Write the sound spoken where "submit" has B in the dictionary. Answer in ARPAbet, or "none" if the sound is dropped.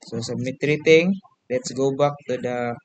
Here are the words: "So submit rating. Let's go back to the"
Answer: none